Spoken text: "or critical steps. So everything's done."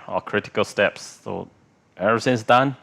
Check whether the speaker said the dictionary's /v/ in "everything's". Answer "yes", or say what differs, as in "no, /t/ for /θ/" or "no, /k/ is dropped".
no, /v/ is dropped